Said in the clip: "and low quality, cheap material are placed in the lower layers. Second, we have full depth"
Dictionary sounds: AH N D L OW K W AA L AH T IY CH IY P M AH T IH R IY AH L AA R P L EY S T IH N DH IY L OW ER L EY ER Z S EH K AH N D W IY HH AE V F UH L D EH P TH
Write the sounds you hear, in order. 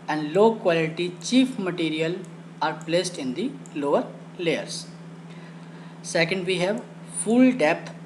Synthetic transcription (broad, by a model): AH N D L OW K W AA L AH T IY CH IY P M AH T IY R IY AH L AA R P L EY S T IH N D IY L OW ER L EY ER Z S EH K AH N D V IY HH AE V F UH L D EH P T